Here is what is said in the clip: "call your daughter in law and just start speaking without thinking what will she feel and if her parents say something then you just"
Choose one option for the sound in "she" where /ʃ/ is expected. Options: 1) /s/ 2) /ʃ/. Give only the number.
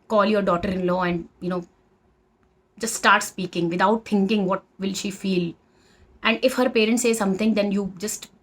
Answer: 2